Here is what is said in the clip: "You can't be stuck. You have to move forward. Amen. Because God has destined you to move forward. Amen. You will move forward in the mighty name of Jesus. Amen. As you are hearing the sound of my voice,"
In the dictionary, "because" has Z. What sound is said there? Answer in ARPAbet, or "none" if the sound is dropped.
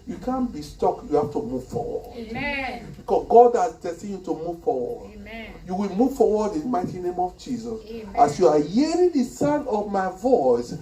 S